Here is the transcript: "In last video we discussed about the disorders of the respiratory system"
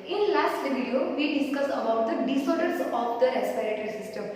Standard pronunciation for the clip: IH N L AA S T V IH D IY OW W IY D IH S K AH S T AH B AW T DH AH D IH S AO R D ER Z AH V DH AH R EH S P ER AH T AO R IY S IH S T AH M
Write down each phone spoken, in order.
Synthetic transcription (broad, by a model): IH N L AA S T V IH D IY OW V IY D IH S K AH S AH B AW T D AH D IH S AO R D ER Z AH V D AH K S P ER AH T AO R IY S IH S T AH M